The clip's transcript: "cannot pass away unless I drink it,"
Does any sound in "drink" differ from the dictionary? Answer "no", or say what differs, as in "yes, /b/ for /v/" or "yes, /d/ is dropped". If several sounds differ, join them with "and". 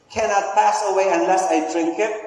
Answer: no